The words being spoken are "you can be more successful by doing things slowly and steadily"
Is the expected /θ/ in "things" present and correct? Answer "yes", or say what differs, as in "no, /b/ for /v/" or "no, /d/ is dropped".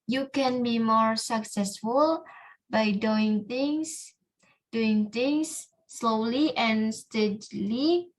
no, /s/ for /θ/